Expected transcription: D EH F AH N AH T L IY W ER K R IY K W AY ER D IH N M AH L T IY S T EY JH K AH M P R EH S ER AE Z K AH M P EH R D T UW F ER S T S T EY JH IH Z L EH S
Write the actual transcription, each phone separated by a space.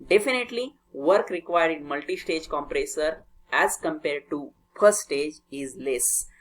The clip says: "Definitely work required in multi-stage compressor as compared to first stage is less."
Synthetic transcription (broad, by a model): D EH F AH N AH T L IY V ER K R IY K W AY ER D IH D M AH L T IY S T EY JH K AH M P R EH S ER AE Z K AH M P EH R D T UW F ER T S T EY JH IH Z L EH S